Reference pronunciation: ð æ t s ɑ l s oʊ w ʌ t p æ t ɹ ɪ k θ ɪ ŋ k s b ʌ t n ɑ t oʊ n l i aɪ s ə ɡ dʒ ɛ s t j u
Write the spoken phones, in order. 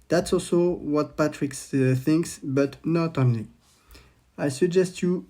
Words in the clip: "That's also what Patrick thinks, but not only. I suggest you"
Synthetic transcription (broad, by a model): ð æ t s ɑ l s oʊ w ʌ t p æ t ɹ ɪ k θ ɪ ŋ k s b ʌ t n ɑ t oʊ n l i aɪ s ə ɡ dʒ ɛ s t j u